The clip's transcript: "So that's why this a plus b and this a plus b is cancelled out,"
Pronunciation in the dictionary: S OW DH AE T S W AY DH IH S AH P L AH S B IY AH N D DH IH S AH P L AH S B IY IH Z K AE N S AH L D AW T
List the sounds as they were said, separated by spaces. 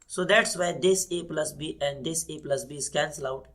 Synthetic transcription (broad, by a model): S OW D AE T S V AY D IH S AH P L AH S B IY AH N D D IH S AH P L AH S B IY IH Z K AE N S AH L AW T